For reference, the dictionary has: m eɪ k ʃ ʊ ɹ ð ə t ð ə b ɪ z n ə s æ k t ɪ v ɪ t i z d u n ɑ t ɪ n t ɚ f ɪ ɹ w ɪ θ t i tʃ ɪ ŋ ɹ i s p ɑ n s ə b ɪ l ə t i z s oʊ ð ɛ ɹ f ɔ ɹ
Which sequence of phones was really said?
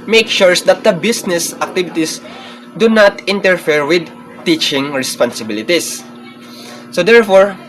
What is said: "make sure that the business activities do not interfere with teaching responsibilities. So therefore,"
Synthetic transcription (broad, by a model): m eɪ k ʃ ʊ ɹ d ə t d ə b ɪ s n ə s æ k t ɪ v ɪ t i s d u n ɑ t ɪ n t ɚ f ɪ ɹ w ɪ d t i tʃ ɪ ŋ ɹ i s p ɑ n s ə b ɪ l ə t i s oʊ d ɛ ɹ f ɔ ɹ